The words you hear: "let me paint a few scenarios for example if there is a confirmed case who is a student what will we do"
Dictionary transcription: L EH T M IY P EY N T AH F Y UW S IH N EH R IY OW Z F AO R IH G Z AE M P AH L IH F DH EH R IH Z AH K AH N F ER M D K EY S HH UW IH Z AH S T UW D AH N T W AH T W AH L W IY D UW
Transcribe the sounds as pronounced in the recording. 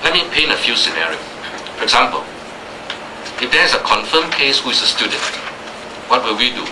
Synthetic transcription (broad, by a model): L EH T M IY P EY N AH F Y UW S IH N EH R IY OW S F AO R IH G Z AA M P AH L IH F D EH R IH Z AH K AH N F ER M K EY S HH UW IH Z AH S T UW D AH N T W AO T W AH L W IY D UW